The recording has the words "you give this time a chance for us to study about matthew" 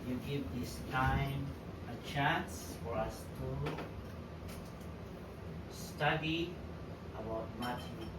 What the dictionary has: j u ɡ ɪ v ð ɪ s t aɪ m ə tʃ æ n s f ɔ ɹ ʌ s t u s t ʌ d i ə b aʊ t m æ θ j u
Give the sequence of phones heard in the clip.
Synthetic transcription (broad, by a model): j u ɡ ɪ v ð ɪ s t aɪ m ə tʃ æ n s f ɔ ɹ ʌ s t u s t ʌ d i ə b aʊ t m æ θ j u